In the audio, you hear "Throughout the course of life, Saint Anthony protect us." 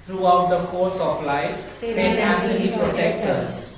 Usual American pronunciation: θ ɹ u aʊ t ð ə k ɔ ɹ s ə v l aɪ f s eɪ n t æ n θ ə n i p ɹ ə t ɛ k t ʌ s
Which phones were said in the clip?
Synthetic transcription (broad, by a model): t ɹ u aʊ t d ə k ɔ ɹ s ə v l aɪ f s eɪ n æ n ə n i p ɹ ə t ɛ k t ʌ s